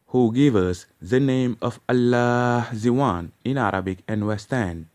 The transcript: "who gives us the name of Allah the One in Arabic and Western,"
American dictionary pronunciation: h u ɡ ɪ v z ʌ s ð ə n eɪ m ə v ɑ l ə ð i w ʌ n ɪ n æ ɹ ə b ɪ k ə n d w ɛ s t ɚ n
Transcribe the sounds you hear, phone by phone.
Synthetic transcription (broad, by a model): h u ɡ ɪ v ʌ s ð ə n eɪ m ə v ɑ l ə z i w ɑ n ɪ n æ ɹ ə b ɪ k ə n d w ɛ s t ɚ n